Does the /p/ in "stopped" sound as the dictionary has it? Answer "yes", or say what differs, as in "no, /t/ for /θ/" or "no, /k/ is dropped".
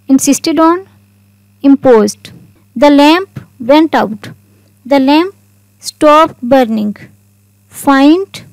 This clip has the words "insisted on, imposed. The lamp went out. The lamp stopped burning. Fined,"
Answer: yes